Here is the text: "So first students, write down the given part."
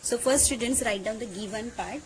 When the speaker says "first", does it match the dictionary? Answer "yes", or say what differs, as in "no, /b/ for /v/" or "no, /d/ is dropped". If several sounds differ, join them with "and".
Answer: yes